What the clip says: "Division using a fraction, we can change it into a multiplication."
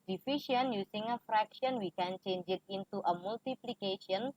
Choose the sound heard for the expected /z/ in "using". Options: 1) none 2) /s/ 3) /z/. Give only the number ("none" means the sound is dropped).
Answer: 2